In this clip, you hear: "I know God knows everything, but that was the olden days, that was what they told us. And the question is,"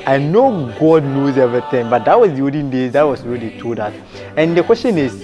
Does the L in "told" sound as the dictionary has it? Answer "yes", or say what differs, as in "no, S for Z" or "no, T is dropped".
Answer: no, L is dropped